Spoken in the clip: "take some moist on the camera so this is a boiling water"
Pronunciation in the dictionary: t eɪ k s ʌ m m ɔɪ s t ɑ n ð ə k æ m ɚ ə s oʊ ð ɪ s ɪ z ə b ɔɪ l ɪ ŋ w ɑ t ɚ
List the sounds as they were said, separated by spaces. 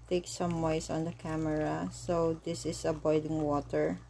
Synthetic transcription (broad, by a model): t eɪ k s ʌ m m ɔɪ s ɑ n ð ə k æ m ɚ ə s oʊ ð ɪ s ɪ s ə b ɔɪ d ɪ ŋ w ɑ t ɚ